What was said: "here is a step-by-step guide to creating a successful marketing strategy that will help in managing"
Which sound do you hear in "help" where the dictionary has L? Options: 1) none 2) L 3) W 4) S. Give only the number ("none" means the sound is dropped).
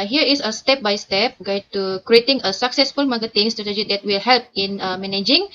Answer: 2